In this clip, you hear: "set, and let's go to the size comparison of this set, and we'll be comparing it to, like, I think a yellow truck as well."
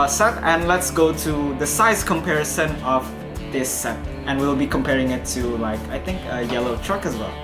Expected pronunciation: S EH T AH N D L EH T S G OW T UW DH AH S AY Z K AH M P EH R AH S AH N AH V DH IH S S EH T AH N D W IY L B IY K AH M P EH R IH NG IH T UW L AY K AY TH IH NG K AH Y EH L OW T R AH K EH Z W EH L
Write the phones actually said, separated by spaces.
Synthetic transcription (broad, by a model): S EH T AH N L EH T S G OW T UW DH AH S AY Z K AH M P EH R AH S AH N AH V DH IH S S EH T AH N W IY L B IY K AH M P EH R IH NG IH T UW L AY K AY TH IH NG K AH Y EH L OW T R AH K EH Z W EH L